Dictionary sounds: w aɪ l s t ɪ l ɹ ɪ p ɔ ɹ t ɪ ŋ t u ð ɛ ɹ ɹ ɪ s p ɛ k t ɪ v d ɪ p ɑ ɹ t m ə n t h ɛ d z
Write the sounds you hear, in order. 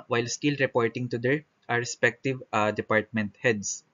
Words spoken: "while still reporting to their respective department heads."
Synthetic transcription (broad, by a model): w aɪ l s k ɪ l ɹ ɪ p ɔ ɹ t ɪ ŋ t u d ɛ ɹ ɹ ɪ s p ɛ k t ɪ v d ɪ p ɑ ɹ t m ə n t h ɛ d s